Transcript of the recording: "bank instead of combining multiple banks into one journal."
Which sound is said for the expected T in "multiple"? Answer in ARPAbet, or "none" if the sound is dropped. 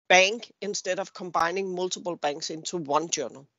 S